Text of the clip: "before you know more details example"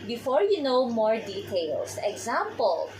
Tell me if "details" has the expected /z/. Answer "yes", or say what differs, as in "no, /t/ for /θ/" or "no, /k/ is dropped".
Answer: no, /s/ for /z/